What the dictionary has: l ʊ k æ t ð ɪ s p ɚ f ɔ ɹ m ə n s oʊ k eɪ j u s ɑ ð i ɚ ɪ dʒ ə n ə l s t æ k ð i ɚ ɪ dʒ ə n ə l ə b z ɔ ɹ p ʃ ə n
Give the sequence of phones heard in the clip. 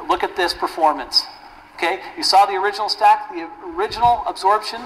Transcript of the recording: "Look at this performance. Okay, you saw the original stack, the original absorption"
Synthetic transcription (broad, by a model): l ʊ k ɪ t ð ɪ s p ɚ f ɔ ɹ m ə n s oʊ k eɪ j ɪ s ɑ ð i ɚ ɪ dʒ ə n l s t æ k ð i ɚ ɪ dʒ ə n l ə b z ɔ ɹ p ʃ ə n